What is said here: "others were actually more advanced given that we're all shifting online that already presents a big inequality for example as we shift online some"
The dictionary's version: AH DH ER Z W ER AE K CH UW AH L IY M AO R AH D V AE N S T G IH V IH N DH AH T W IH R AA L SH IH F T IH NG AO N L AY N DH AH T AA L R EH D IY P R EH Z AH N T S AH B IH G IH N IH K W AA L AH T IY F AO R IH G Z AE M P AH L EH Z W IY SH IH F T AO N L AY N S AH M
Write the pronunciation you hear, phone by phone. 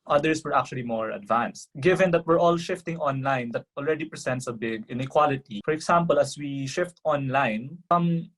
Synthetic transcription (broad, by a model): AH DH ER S W ER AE K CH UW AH L IY M AO R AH D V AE N S T G IH V IH N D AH T W IH R AA L SH IH F T IH NG AO N L AY N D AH T AA L R EH D IY P R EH S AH N T S AH B IH G IH N IH K W AA L AH T IY F AO R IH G S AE M P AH L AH S W IY SH IH F T AO N L AY N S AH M